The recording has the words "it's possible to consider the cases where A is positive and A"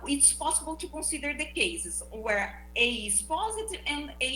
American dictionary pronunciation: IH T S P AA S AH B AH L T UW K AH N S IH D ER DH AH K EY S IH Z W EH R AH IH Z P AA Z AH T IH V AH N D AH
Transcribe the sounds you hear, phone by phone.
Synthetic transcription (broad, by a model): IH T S P AA S AH B AH L T UW K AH S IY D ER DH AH K EY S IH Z W EH R AH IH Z P AA Z AH T IH V AH N D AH